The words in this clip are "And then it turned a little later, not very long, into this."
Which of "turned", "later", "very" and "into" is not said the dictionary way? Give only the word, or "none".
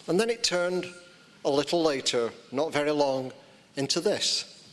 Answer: none